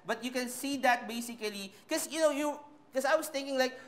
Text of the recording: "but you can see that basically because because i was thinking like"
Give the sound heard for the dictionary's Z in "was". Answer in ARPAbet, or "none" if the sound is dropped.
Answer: S